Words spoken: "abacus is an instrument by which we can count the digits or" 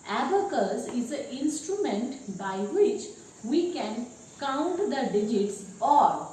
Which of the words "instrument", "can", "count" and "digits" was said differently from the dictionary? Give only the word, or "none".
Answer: none